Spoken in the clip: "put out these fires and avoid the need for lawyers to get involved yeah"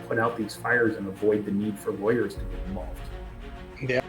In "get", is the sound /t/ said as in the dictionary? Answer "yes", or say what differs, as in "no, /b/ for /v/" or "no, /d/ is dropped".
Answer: no, /t/ is dropped